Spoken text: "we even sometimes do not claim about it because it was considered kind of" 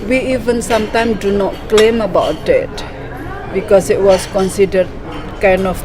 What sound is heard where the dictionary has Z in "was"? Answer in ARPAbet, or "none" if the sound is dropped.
S